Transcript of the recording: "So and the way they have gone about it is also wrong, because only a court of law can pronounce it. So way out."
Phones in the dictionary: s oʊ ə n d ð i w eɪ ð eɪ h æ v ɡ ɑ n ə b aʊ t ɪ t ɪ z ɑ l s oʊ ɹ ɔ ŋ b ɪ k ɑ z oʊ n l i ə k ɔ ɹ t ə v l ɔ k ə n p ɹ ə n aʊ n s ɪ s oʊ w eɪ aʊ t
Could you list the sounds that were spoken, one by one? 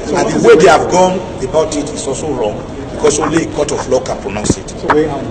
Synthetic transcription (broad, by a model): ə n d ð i w eɪ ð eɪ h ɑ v ɡ ɑ n ə b aʊ t ɪ t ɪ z ɑ l s oʊ ɹ ɔ ŋ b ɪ k ɑ s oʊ l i k ɔ t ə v l ɔ k ə n p ɹ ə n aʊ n s ɪ t